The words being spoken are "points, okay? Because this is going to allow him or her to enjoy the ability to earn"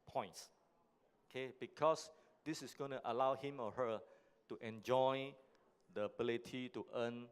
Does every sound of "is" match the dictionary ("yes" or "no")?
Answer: no